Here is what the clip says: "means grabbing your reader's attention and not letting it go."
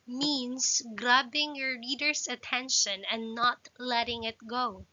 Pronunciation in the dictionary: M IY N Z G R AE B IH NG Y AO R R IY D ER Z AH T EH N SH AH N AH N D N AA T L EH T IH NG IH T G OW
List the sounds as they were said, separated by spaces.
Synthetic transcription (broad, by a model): M IY N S G R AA B IH NG Y AO R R IY D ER S AH T EH N SH AH N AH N N AA T L EH T IH NG IH T G OW